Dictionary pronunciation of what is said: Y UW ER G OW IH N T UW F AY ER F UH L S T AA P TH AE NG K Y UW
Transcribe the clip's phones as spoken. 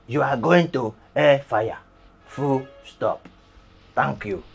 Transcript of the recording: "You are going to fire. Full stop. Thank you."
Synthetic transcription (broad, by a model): Y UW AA G OW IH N T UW F AY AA F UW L S T AA P T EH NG K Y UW